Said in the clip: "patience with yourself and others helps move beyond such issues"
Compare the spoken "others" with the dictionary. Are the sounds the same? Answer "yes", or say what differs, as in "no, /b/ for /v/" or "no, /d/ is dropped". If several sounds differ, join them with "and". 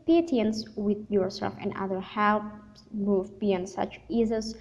no, /z/ is dropped